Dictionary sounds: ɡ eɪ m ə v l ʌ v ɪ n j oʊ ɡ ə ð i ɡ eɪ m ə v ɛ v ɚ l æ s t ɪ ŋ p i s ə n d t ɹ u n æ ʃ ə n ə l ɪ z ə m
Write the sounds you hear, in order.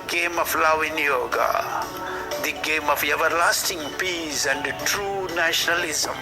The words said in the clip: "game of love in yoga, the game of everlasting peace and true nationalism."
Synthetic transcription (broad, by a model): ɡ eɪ m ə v l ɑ w ɪ n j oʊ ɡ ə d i ɡ eɪ m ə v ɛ v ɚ l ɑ s t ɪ ŋ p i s ə n d t ɹ u n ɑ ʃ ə n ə l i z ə m